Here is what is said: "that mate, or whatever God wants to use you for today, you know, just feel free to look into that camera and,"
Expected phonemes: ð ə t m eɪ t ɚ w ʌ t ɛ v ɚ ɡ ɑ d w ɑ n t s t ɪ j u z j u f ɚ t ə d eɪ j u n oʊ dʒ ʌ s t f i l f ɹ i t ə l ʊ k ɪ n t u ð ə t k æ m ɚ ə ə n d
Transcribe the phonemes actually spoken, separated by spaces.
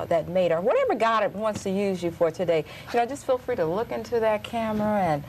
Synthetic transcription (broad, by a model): ð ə t m eɪ t ɚ w ʌ t ɛ v ɚ ɡ ɑ d w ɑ n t s t ɪ j u z j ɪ f ɚ t ə d eɪ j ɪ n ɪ dʒ ʌ s t f i l f ɹ i t ə l ʊ k ɪ n t u ð ə t k æ m ɚ ə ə n